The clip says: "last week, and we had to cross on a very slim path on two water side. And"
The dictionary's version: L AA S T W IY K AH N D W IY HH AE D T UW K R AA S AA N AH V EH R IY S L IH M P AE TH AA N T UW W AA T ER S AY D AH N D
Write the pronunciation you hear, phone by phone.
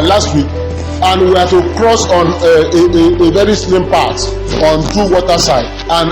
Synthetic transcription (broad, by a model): L AA S T W IY K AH N W IY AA T UW K R AA S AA N AH V EH R IY S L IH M P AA S AA N T UW W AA T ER S AY D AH N